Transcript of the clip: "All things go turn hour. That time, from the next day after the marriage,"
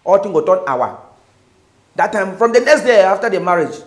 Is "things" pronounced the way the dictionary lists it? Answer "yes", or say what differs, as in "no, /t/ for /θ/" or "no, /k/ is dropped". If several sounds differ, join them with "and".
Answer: no, /t/ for /θ/ and /z/ is dropped